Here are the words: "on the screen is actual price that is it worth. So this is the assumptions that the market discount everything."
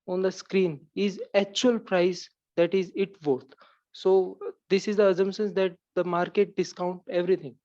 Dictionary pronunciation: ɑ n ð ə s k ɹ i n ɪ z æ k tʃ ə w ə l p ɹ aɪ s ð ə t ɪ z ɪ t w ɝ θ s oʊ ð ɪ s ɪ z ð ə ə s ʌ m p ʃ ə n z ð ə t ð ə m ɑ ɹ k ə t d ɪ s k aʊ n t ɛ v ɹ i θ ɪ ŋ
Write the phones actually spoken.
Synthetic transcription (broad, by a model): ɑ n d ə s k ɹ i n ɪ z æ k tʃ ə ə l p ɹ aɪ s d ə t ɪ z ɪ t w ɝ t s oʊ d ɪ s ɪ z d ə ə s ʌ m ʃ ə n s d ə t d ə m ɑ ɹ k ə t d ɪ s k aʊ n t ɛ v ɹ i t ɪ ŋ